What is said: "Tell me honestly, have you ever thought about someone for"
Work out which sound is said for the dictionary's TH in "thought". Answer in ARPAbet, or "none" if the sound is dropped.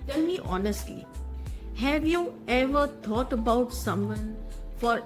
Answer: T